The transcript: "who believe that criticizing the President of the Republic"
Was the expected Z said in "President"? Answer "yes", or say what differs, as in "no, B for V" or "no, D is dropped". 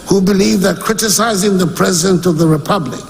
yes